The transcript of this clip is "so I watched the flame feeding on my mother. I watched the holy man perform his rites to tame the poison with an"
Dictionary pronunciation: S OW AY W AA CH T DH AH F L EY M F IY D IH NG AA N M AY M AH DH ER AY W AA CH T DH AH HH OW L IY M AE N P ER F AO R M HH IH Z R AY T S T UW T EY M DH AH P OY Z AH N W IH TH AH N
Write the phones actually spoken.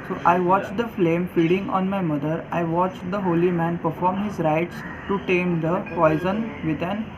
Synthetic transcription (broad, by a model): S OW AY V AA CH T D AH F L EY M F IY D IH NG AA N M AY M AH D ER AY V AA CH T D AH HH OW L IY M AE N P ER F AO R M HH IH Z R AY T S T UW T EY M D AH P OY Z AH N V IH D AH N